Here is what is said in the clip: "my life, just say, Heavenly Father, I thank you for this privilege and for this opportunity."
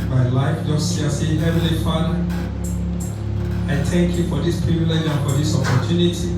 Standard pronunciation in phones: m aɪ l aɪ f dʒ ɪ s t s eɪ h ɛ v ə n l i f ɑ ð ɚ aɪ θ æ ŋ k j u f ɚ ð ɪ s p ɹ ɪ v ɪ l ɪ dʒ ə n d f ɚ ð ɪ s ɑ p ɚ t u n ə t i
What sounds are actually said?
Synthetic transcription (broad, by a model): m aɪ l aɪ f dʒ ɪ s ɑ s eɪ h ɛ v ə l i f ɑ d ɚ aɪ t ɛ ŋ k j u f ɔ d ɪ s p ɹ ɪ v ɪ l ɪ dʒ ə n f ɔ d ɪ s ɑ p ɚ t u n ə t i